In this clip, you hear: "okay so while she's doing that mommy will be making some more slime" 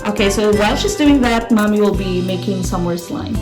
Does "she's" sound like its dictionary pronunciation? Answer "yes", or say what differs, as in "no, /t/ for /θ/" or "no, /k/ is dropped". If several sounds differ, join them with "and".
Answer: no, /s/ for /z/